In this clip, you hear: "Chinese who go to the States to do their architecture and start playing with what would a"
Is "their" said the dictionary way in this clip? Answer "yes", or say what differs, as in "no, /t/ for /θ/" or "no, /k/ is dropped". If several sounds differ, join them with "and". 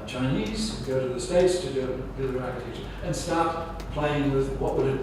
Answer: no, /l/ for /ɹ/